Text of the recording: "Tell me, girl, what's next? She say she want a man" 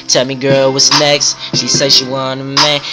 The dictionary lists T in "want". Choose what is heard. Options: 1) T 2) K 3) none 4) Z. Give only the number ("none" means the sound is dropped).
3